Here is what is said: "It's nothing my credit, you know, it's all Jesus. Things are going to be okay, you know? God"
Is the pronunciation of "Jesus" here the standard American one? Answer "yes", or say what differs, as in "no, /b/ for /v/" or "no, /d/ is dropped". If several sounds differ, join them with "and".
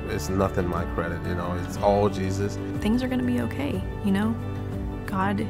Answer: yes